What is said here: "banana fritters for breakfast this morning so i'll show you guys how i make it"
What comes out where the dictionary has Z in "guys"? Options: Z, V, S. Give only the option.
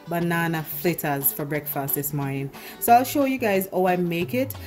Z